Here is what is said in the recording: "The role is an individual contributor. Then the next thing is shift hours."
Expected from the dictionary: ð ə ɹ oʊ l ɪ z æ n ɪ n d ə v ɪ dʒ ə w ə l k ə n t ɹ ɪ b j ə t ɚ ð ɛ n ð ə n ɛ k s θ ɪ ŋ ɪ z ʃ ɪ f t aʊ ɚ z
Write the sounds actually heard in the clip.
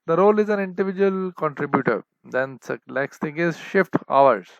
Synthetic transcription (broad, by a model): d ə ɹ oʊ l ɪ z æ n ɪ n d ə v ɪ dʒ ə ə l k ə n t ɹ ɪ b j ə t ɚ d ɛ n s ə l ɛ k s t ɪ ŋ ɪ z ʃ ɪ f t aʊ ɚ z